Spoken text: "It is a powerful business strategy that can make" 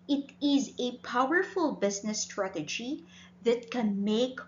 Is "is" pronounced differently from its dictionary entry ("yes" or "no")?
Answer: no